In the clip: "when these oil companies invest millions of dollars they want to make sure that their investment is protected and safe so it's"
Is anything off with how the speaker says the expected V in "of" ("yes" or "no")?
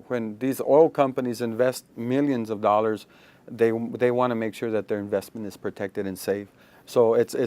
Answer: no